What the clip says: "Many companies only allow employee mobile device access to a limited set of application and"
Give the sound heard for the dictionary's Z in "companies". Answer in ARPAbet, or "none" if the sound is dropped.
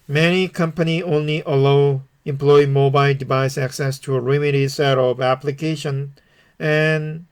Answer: none